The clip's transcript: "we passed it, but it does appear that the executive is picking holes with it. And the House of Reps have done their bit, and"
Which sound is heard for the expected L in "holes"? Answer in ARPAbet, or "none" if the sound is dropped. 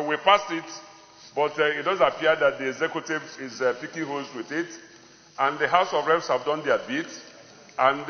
none